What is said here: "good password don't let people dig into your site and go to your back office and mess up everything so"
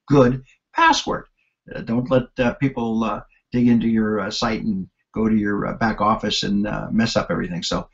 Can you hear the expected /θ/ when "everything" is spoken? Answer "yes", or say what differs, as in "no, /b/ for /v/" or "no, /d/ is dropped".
yes